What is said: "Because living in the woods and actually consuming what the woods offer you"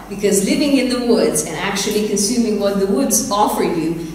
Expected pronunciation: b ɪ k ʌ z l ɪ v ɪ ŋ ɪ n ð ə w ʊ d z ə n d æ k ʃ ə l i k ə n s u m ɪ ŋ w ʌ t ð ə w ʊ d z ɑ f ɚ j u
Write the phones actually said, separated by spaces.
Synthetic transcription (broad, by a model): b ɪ k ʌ z l ɪ v ɪ ŋ ɪ n ð ə w ʊ d z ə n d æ k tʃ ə l i k ə n s u m ɪ ŋ w ʌ t ð ə w ʊ d z ɑ f ɚ j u